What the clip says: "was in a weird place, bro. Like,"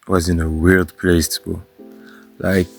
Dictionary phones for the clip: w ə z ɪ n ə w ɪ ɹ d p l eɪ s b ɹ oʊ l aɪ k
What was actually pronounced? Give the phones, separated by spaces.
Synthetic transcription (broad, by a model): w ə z ɪ n ə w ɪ l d p l eɪ s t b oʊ l aɪ k